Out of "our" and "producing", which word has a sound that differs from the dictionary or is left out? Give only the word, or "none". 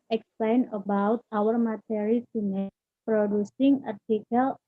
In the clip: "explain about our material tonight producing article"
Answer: none